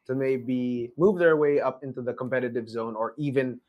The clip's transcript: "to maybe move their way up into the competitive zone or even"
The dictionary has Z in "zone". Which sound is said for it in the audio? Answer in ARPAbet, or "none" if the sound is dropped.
Z